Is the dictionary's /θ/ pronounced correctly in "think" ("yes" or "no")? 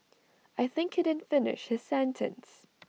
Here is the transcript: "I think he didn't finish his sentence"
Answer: yes